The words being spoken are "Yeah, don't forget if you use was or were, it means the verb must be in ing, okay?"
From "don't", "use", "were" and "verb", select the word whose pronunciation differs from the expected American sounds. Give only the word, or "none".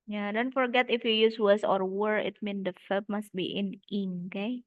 verb